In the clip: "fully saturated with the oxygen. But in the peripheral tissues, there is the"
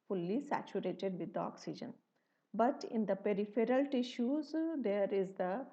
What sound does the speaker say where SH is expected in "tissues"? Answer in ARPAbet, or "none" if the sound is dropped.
SH